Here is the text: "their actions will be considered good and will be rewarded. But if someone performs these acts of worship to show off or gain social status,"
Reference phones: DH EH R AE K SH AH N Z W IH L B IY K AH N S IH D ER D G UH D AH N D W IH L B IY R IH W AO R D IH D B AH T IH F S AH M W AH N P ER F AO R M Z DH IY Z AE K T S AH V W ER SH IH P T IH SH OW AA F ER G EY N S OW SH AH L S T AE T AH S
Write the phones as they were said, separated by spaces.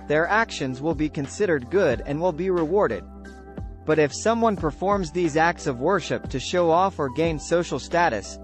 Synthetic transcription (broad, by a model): DH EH R AE K SH AH N Z W IH L B IY K AH N S IH D ER D G UH D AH N W IH L B IY R IH W AO R D IH D B AH T IH F S AH M W AH N P ER F AO R M Z DH IY Z AE K T S AH V W ER SH IH P T IH SH OW AA F ER G EY N S OW SH L S T AE T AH S